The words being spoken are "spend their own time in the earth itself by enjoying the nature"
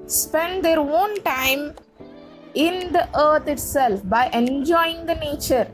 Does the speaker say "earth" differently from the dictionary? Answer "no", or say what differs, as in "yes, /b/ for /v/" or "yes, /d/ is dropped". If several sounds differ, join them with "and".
yes, /t/ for /θ/